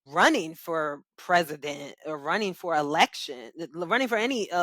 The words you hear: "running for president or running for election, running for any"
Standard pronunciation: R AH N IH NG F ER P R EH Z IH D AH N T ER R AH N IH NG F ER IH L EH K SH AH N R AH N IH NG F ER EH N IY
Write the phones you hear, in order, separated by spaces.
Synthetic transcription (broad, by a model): R AH N IH NG F ER P R EH Z IH D AH N T ER R AH N IH NG F ER IH L EH K SH AH N R AH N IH NG F ER EH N IY